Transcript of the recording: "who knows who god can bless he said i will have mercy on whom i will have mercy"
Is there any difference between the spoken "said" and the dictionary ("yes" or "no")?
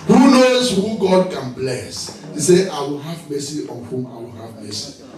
yes